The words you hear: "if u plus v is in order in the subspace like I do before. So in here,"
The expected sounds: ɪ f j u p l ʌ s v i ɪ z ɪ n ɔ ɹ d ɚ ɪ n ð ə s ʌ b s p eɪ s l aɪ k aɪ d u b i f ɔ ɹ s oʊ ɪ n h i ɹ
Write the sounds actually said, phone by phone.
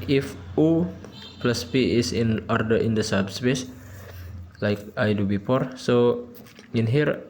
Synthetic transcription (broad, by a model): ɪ f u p l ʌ s p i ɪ s ɪ n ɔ ɹ d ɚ ɪ n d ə s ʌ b s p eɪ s l aɪ k aɪ d u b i p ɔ ɹ s oʊ ɪ n h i ɹ